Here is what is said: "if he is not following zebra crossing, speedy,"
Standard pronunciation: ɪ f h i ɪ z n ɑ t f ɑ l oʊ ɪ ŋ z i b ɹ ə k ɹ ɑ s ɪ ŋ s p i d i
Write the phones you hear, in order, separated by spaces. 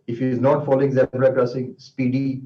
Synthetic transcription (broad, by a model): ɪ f h i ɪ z n ɑ t f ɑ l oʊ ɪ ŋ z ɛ ɹ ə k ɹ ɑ s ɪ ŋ s p i d i